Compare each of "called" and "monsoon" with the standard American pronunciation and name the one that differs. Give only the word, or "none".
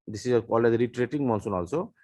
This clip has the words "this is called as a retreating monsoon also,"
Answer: called